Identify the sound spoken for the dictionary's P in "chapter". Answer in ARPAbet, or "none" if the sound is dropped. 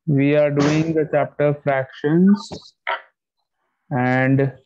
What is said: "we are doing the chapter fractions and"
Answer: P